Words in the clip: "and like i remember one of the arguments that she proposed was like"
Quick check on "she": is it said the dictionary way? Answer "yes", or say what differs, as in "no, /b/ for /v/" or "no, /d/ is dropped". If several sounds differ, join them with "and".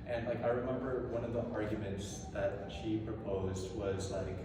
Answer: yes